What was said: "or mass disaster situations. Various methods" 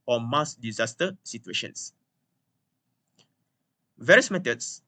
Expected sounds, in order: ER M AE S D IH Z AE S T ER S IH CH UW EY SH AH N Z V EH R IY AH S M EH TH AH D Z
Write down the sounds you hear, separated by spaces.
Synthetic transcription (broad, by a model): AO M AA S D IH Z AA S T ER S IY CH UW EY SH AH N S V EH R IY AH S M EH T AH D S